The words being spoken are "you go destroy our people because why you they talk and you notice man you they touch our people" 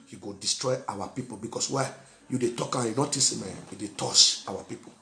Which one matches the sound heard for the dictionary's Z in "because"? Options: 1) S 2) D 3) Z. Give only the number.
1